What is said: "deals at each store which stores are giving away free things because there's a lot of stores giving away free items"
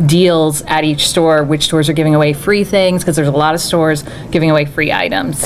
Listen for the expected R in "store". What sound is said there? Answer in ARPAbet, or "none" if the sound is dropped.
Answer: R